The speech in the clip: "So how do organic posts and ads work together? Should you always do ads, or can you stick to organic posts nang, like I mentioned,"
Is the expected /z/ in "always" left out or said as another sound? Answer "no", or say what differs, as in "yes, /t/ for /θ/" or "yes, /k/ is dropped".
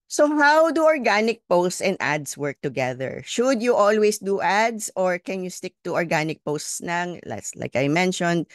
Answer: yes, /s/ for /z/